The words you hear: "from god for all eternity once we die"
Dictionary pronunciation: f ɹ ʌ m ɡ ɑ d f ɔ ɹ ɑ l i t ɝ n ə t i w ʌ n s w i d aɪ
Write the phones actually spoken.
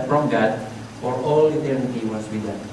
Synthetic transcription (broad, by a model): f ɹ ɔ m ɡ ɑ d f ɔ ɹ ɑ l i t ɝ n ə t i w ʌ s w i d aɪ